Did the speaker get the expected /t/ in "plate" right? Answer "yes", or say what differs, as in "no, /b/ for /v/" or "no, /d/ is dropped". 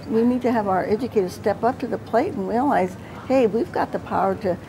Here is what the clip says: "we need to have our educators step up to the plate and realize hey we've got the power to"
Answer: yes